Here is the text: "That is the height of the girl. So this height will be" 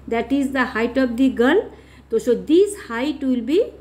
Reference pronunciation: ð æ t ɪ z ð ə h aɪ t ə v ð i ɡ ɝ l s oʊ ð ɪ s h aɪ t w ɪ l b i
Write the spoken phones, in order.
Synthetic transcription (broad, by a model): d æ t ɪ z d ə h aɪ t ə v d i ɡ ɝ l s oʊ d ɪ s h aɪ t w ɪ l b i